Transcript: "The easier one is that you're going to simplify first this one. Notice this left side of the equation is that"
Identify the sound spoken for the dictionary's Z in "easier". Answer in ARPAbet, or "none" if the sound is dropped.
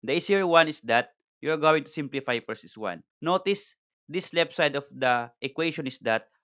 S